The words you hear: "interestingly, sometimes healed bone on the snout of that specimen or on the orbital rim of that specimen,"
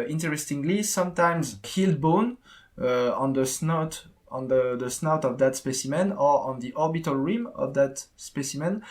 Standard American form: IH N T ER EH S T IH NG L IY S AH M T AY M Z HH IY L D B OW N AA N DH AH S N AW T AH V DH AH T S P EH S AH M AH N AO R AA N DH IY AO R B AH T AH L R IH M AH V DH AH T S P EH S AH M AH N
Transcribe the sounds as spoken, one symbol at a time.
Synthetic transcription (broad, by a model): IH N T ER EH S T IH NG L IY S AH M T AY M Z HH IY L D B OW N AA N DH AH S N AW T AH V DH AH T S P EH S AH M AH N AO R AA N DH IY AO R B AH T AH L R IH M AH V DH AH T S P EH S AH M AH N